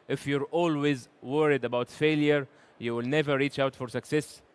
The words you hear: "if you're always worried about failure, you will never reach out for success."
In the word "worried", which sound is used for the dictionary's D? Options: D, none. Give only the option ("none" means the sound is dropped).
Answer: D